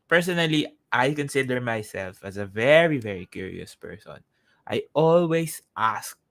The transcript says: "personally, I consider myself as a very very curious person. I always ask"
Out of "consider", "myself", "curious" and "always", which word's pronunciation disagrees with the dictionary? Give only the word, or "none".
always